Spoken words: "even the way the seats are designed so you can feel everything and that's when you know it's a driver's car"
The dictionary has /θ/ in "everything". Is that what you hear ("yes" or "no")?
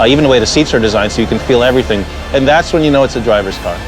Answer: yes